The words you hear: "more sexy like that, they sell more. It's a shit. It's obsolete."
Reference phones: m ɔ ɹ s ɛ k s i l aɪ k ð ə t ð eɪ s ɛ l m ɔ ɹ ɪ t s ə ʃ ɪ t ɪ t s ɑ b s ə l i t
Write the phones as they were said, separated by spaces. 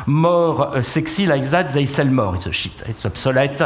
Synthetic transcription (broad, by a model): m ɔ ɹ s ɛ k s i l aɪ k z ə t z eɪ s ɛ l m ɔ ɹ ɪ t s ə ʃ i t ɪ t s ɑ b s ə l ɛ t